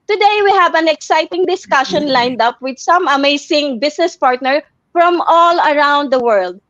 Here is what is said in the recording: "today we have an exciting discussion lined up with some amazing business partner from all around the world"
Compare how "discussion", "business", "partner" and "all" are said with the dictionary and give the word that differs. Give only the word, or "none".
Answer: business